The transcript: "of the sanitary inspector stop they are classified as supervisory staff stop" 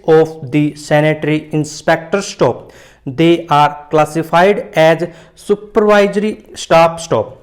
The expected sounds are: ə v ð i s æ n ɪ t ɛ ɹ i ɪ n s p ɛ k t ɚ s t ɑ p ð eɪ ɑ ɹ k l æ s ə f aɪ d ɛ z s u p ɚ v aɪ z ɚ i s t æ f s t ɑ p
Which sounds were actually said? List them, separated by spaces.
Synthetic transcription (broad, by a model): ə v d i s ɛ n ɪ t ɹ i ɪ n s p ɛ k t ɚ s t ɑ p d eɪ ɑ ɹ k l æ s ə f aɪ d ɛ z s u p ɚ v aɪ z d i s t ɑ p s t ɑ p